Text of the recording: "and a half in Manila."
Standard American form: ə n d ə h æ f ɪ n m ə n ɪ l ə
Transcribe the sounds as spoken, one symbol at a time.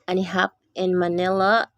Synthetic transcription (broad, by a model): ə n ə h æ p ɪ n m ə n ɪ l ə